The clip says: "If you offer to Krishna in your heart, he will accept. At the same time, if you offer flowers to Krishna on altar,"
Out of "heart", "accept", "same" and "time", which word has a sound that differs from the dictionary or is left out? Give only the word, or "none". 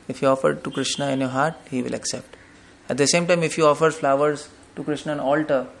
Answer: none